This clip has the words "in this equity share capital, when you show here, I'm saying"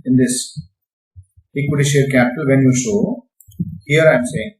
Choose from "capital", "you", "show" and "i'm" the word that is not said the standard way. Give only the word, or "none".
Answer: show